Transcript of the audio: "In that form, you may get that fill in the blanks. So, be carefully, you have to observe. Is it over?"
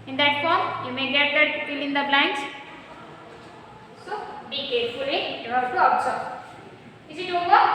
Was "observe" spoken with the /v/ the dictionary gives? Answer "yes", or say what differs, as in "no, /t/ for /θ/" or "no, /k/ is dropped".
no, /v/ is dropped